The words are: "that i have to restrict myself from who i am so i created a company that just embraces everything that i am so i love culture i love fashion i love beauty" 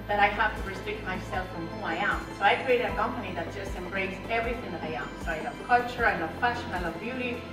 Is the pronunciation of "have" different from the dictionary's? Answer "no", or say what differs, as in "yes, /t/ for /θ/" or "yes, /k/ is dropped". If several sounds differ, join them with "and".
yes, /f/ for /v/